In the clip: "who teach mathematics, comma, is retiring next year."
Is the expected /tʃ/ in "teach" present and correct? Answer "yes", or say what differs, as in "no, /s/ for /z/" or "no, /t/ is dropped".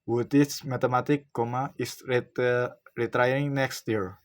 no, /s/ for /tʃ/